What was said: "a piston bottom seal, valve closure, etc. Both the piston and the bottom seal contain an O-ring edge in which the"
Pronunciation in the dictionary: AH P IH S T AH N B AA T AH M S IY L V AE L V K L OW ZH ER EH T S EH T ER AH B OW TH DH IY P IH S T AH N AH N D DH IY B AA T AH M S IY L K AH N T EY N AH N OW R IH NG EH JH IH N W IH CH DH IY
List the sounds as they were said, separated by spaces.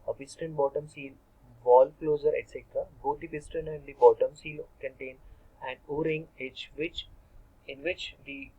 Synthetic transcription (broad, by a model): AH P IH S T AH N B AA T AH M S IY L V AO L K L OW Z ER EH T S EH T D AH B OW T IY P IH S T AH N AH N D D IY B AA T AH M S IY L K AH N T EY N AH N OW R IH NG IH CH IH N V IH CH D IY